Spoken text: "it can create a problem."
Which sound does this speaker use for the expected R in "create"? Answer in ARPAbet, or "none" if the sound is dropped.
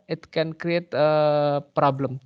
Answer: R